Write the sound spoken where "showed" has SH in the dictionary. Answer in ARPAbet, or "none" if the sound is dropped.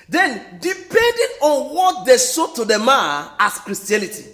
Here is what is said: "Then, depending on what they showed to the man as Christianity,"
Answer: S